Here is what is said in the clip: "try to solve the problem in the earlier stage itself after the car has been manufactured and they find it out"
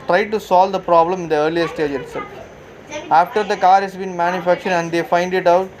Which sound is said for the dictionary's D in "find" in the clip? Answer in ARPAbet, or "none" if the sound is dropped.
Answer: D